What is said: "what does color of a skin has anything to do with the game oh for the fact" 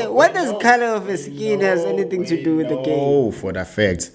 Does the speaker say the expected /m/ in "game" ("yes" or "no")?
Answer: no